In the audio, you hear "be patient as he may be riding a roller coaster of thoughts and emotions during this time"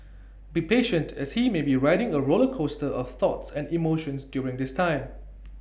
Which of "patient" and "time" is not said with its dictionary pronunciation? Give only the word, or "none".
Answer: none